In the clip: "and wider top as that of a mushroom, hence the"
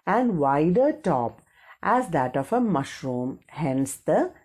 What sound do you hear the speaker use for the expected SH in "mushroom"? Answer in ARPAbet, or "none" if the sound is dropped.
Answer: SH